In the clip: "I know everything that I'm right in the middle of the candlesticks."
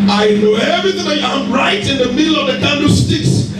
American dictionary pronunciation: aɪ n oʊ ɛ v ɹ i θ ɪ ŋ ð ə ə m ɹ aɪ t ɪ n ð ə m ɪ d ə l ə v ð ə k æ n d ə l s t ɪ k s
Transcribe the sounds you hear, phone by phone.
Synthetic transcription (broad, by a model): aɪ n oʊ ɛ v ɹ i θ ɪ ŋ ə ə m ɹ aɪ t ɪ n ð ə m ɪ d l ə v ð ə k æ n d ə s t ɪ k s